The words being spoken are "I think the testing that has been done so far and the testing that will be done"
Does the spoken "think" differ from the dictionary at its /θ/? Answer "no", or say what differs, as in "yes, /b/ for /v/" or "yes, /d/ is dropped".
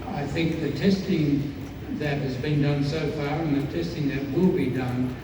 no